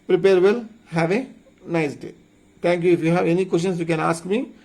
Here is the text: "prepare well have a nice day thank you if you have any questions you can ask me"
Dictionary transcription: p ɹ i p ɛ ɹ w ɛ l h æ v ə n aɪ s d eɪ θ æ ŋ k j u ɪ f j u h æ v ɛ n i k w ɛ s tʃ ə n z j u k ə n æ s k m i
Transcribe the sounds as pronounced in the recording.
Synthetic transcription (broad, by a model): p ɹ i p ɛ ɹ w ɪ l h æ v ə n aɪ s d eɪ t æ ŋ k j u ɪ f j u h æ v ɛ n i k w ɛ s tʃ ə n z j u k ə n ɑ s k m i